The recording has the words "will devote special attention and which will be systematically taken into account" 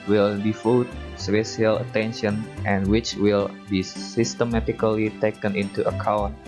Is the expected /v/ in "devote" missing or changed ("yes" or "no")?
yes